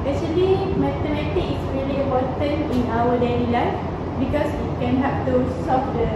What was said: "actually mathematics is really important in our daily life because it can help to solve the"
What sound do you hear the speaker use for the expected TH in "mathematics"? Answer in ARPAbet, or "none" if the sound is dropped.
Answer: T